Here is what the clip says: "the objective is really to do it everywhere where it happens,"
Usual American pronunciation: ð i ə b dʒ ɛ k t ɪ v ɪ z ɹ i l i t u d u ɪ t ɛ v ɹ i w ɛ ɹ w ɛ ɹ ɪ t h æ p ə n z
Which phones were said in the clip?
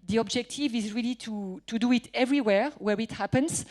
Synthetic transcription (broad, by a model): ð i ə b dʒ ɛ k t ɪ v ɪ z ɹ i l i t u d u ɪ t ɛ v ɹ i w ɛ ɹ w ɛ ɹ ɪ t h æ p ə n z